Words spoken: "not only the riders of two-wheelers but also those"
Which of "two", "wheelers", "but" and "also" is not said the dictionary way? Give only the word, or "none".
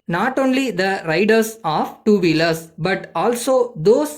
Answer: wheelers